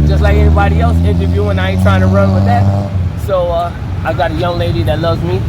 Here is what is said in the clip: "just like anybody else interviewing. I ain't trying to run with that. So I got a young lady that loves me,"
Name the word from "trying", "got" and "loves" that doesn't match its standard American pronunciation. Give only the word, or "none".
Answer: none